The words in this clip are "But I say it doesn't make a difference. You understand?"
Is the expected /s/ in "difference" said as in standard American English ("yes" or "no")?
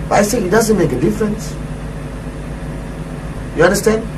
yes